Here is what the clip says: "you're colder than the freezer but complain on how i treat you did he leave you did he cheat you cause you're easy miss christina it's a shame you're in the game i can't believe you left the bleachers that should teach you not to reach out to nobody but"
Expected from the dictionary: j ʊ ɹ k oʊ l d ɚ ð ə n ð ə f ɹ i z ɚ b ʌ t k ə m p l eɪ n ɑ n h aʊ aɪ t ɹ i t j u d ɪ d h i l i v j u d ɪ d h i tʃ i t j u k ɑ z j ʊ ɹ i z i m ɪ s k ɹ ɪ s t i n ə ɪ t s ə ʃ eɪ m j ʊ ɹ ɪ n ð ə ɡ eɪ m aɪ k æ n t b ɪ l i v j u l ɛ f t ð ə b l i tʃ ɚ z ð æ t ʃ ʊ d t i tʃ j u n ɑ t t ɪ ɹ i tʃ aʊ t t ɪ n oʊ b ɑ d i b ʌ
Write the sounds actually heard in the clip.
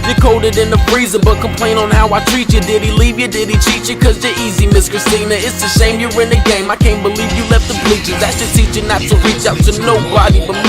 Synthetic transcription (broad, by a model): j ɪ k oʊ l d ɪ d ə n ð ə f ɹ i z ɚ b ʌ t k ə m p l eɪ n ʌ n h aʊ aɪ t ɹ i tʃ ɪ d ɪ d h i l i v j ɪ d ɪ d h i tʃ i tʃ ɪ k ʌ z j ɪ i z i m ɪ s k ɹ ɪ s t i n ə ɪ t s ə s eɪ m j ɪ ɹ ɪ n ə ɡ eɪ m aɪ k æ n b ɪ l i v j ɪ l ɛ f t ð ə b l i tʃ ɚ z ð æ t s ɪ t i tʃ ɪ n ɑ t t ɪ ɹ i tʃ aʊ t t ɪ n oʊ b ɑ d i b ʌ